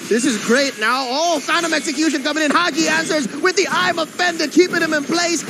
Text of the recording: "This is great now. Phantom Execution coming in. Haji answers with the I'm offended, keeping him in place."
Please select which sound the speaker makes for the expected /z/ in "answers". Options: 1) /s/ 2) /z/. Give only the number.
2